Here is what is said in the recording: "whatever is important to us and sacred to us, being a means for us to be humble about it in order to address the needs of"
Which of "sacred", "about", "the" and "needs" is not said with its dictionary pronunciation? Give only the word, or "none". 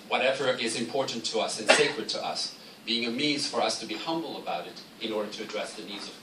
none